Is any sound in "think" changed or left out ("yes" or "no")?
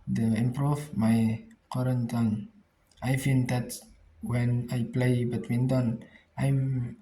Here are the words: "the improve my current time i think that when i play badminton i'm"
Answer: yes